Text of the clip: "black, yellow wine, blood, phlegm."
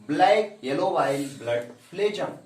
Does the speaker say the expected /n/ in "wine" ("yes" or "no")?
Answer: no